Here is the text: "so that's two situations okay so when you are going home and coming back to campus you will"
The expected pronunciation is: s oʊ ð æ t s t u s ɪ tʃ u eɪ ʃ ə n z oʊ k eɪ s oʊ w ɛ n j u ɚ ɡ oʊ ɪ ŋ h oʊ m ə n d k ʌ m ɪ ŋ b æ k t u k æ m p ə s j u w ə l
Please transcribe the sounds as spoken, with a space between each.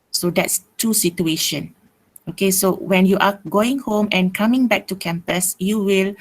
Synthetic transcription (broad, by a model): s oʊ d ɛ t s t u s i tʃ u eɪ ʃ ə n oʊ k eɪ s oʊ w ɛ n j u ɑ ɡ oʊ ɪ ŋ h oʊ m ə n k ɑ m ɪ ŋ b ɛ k t u k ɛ m p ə s j u w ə l